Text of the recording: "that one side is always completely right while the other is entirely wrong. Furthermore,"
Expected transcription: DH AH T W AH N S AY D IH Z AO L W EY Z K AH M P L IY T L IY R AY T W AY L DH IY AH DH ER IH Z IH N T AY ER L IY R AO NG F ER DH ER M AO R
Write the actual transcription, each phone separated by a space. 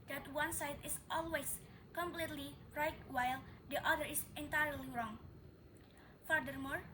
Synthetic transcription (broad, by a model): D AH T W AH N S AY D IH S AO L W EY S K AH M P L IY T L IY R AY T W AY L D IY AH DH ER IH S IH N T AY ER L IY R AO NG F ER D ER M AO R